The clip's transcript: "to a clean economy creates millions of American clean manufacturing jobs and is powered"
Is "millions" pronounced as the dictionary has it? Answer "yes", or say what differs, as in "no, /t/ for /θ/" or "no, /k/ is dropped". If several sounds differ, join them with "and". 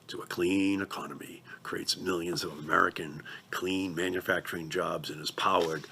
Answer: yes